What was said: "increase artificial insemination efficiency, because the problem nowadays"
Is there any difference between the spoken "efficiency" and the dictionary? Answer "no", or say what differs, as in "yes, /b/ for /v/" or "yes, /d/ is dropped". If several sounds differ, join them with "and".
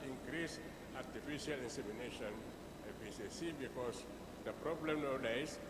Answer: yes, /s/ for /ʃ/ and /n/ is dropped